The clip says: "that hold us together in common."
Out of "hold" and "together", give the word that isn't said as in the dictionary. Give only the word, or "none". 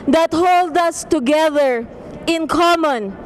none